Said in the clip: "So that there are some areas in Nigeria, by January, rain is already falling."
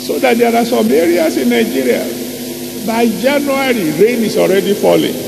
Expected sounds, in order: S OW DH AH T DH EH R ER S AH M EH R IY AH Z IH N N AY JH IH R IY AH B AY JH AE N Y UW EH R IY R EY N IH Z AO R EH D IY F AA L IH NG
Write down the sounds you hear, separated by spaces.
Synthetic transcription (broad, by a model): S OW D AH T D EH R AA S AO M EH R IY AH S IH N N AY JH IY R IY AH B AY JH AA N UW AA R IY R EY N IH S AO R EH D IY F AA L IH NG